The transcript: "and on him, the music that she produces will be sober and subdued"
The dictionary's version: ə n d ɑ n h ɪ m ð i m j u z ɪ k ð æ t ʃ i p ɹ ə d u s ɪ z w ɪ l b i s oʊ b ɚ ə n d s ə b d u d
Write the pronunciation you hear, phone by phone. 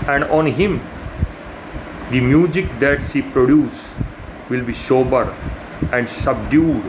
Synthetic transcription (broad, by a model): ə n d ɑ n h ɪ m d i m j u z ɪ k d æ t s i p ɹ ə d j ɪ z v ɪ l b i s oʊ b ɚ ə n d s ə b d u d